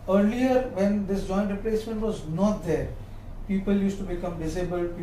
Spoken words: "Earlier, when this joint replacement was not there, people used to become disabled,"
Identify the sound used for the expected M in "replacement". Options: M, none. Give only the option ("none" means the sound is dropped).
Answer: M